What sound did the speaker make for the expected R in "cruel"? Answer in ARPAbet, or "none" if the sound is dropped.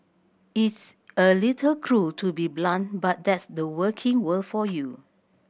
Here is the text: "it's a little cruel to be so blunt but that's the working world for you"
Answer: R